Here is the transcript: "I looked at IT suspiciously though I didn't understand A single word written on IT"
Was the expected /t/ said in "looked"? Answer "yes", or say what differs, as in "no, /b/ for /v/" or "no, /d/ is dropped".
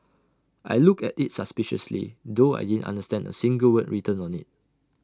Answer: no, /t/ is dropped